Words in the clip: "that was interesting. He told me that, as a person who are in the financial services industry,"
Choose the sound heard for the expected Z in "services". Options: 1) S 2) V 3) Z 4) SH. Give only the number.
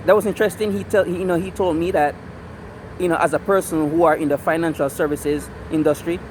3